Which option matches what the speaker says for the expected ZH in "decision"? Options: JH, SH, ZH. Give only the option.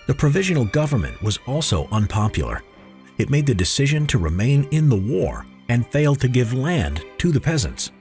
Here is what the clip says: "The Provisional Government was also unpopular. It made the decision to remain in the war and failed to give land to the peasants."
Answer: ZH